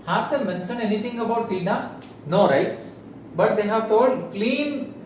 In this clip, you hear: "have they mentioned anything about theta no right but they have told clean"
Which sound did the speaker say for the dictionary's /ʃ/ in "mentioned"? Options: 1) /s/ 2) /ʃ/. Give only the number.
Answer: 1